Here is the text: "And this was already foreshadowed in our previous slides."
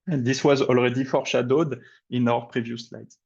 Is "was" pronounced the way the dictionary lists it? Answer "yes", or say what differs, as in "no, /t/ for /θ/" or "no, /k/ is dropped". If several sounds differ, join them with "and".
yes